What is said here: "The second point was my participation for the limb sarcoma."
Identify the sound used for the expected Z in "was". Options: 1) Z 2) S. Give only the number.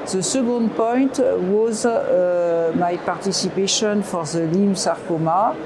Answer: 1